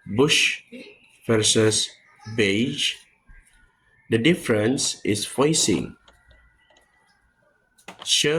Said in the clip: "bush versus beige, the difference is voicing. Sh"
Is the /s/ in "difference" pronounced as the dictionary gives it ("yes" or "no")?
yes